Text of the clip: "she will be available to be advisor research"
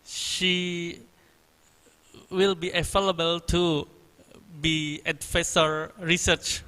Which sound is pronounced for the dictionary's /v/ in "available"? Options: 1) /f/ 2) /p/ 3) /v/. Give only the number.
1